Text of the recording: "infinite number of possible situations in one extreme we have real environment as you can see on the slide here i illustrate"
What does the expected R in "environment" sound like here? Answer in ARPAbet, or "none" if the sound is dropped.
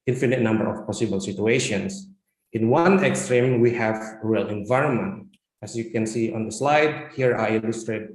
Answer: R